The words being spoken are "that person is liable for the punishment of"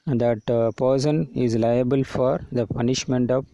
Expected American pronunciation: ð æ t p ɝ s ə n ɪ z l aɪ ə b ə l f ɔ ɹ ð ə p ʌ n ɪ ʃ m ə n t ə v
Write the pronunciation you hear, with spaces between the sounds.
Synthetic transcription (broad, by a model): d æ t p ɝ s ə n ɪ z l aɪ ə b ə l f ɔ ɹ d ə p ʌ n ɪ ʃ m ə n t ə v